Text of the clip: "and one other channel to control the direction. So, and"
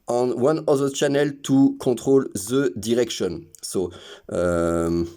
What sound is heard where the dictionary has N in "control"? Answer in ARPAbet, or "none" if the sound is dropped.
none